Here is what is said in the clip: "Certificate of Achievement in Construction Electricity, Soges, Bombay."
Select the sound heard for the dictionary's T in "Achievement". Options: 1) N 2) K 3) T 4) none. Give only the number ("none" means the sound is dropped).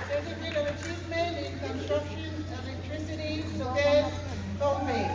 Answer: 4